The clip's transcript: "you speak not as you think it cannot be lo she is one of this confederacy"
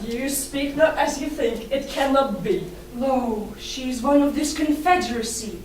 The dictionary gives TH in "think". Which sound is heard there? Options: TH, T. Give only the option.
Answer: TH